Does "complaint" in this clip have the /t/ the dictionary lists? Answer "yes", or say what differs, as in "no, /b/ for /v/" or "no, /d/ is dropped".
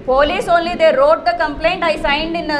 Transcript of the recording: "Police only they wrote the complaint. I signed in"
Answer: yes